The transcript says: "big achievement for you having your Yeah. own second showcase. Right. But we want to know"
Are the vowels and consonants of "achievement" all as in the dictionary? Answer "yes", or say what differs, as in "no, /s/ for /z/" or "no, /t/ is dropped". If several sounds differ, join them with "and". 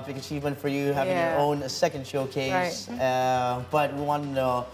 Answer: yes